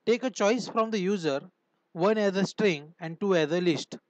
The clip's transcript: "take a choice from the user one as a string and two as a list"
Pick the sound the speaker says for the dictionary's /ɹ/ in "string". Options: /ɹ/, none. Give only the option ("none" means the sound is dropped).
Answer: /ɹ/